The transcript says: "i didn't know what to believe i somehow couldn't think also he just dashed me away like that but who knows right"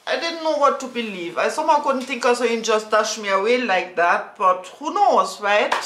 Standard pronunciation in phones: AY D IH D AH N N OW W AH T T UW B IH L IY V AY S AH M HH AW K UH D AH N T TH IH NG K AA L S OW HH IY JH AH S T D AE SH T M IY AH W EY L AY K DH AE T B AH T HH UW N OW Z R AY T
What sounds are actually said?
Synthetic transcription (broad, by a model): AY D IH D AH N N OW W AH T T UW B IH L IY V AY S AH M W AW K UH D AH N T TH IH NG K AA S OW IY JH AH S T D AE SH M IY AH W EY L AY K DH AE T B AH T HH UW N OW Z R AY T